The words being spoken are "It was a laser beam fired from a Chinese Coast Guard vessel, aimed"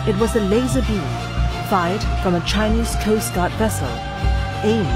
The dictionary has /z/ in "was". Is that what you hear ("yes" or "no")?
yes